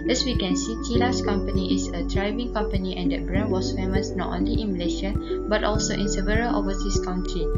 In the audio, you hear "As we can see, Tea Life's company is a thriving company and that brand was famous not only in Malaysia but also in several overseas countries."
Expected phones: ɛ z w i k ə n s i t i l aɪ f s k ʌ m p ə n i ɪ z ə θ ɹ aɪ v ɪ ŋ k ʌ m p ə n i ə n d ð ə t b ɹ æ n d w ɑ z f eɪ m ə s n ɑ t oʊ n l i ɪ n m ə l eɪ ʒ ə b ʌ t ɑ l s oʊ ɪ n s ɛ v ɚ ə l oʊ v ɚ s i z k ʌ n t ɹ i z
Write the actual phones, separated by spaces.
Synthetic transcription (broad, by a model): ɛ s w i k ə n s i t i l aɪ s k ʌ m p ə n i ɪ s ə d ɹ aɪ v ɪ ŋ k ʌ m p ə n i ə n d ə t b ɹ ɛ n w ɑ s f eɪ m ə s n ɑ t oʊ n l i ɪ n m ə l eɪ ʃ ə b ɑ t ɑ l s oʊ ɪ n s ɛ v ɚ ə l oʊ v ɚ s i s k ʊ n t ɹ i